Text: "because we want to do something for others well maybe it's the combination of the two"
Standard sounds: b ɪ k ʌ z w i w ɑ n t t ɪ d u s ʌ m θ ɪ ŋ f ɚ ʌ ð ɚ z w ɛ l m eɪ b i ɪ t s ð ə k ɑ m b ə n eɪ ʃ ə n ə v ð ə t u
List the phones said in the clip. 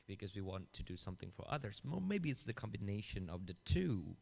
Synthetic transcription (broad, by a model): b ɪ k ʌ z w i w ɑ n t t ɪ d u s ʌ m θ ɪ ŋ f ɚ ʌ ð ɚ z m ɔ m eɪ b i ɪ t s ð ə k ɑ m b ə n eɪ ʃ ə n ə v ð ə t u